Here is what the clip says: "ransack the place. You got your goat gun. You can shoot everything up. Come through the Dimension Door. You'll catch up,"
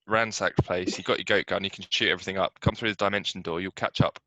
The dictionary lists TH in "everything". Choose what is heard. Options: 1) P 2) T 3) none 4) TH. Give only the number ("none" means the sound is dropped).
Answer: 4